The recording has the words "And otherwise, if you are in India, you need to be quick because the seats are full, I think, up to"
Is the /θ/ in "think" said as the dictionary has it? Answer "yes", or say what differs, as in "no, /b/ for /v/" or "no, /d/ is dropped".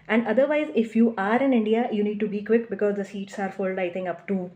no, /t/ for /θ/